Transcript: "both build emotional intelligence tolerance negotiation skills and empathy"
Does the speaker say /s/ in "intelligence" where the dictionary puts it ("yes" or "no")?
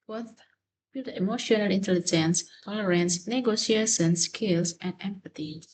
yes